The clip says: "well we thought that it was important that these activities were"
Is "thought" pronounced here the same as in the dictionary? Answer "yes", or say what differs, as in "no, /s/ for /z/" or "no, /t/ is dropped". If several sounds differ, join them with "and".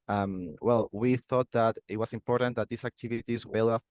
yes